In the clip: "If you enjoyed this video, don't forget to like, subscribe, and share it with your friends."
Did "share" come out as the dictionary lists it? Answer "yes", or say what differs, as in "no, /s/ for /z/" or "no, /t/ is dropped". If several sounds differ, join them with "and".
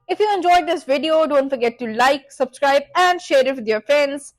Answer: yes